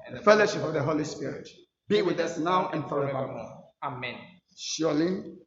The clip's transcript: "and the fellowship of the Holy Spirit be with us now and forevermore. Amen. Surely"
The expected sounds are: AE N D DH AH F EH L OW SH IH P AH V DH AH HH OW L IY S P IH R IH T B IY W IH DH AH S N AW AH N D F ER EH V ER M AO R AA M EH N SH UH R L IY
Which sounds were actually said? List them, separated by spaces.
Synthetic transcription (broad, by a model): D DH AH F EH L OW SH IH P AH V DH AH HH OW L IY S P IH R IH T B IY W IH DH AH S N AW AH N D F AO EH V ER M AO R AA M EH N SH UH L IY